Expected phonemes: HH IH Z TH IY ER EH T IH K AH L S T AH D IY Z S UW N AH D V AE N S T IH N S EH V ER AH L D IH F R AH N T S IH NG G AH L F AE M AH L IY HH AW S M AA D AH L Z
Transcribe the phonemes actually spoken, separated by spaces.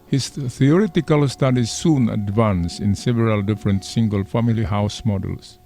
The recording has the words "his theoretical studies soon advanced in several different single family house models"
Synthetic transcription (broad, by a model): HH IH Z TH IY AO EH T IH K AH L S T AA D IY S S UW N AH D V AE N S IH N S EH V ER AH L D IH F R AH N T S IH NG G AH L F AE M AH L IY HH AW S M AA D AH L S